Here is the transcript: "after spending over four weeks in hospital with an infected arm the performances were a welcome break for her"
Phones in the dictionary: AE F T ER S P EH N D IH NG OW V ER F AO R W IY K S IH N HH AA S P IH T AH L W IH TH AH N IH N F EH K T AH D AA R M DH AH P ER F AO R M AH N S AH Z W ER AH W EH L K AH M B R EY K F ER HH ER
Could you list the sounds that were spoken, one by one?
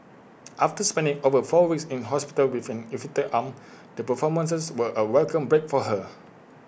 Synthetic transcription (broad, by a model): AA F T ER S P EH N D IH NG OW V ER F AO W IY K S IH N HH AA S P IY T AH L W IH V AH N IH F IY T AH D AA M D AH P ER F AO M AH N S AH S W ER AH W EH L K AH M B R EY K F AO HH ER